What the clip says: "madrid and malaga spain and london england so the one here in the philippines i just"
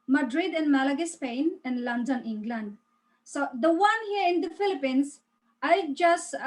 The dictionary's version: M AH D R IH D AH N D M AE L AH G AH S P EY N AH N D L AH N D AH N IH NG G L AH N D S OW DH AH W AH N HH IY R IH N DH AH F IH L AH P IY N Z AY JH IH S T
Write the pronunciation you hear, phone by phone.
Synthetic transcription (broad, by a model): M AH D R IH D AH N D M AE L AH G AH S P EY N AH N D L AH N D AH N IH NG G L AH N D S OW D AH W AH N HH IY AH IH N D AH F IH L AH P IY N S AY JH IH S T